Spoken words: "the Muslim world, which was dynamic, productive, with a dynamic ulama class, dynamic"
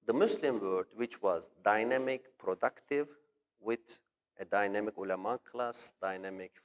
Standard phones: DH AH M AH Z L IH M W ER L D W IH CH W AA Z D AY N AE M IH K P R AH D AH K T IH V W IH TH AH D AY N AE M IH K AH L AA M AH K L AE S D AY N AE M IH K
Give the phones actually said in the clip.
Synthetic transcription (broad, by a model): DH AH M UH S L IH M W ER D W IH CH W AA Z D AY N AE M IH K P R AH D AH K T IH V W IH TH AH D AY N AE M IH K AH L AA M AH K L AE S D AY N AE M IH K